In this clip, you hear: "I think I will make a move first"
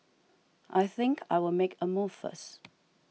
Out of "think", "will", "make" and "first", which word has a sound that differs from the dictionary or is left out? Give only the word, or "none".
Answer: first